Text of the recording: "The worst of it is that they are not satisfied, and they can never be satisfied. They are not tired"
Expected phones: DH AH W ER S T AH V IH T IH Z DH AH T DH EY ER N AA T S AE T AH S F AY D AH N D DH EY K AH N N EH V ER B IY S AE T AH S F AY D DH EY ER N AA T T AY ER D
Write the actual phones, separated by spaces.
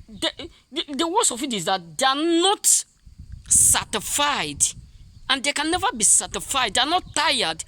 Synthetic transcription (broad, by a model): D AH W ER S AH F IH T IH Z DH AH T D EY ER N AA T S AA T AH F AY D AH N D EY K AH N N EH V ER B IY S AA T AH F AY D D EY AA N AA T T AY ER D